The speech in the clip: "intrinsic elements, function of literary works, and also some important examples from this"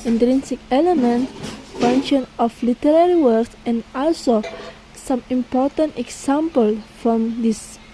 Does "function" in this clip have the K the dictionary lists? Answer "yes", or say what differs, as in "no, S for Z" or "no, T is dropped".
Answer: no, K is dropped